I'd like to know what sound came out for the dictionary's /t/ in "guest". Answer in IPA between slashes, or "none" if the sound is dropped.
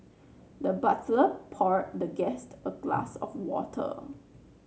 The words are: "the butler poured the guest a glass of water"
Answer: /t/